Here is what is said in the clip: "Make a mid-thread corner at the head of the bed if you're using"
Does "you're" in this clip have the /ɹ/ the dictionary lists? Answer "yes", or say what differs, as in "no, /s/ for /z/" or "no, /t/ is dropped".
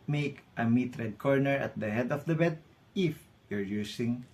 yes